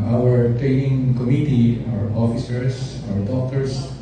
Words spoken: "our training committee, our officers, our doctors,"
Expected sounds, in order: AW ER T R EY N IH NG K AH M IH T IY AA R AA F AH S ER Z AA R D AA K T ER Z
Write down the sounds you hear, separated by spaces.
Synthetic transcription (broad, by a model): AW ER T R EY N IH NG K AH M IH T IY AA R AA F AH S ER S AA R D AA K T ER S